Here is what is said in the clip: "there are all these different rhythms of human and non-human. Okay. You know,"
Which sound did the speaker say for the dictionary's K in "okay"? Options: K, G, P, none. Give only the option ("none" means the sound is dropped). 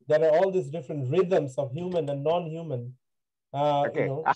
none